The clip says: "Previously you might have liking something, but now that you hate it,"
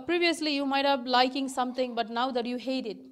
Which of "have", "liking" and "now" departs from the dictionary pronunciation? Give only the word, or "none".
have